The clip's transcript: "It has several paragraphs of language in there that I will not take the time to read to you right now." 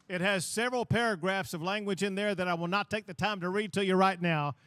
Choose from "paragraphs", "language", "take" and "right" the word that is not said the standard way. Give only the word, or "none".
none